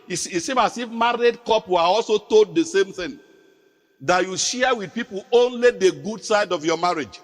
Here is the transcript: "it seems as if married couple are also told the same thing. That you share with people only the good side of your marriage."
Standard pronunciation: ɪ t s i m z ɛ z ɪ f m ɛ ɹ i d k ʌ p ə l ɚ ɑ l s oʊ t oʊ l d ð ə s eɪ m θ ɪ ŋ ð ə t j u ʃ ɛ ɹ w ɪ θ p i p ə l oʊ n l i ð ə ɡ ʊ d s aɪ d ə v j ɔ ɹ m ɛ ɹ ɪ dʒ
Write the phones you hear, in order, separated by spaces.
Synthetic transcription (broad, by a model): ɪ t s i m ɑ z ɪ f m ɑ ɹ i d k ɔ p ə ɑ l s oʊ t oʊ l d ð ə s eɪ m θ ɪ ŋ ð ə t j u ʃ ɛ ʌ w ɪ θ p i p ə l oʊ n l i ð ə ɡ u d s aɪ d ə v j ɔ m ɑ ɹ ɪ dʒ